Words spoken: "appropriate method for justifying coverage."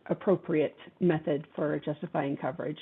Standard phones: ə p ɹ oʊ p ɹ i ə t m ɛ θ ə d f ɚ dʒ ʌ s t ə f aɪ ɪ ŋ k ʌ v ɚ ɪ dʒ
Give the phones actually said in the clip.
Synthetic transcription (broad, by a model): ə p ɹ oʊ p ɹ i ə t m ɛ θ ə d f ɚ dʒ ʌ s t ə f aɪ ɪ ŋ k ʌ v ɚ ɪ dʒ